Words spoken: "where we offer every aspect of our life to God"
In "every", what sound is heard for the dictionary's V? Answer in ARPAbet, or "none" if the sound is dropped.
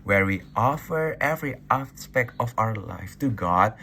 V